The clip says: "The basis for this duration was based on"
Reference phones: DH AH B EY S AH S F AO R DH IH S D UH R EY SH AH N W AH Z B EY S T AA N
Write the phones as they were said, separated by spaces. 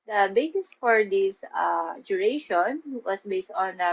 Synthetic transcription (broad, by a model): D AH B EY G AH S F AO R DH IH S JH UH R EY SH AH N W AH S B EY S T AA N